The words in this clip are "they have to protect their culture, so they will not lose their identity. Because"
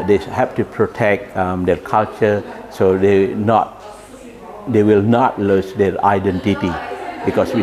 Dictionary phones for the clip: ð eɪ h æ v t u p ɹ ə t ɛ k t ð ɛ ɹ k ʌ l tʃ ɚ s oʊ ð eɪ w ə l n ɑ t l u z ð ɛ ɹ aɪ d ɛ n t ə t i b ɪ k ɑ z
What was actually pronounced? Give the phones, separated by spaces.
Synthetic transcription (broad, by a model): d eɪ h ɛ p t u p ɹ ə t ɛ k t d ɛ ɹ k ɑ l tʃ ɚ s oʊ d eɪ w ə l n ɑ t l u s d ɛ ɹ aɪ d ɛ n t ə t i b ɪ k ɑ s